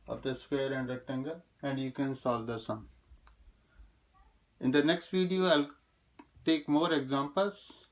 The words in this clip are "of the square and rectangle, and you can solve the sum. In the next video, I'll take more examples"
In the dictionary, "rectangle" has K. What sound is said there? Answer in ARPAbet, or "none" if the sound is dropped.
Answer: none